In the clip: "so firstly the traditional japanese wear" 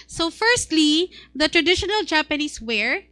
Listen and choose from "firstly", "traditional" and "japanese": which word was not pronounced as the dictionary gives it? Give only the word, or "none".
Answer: japanese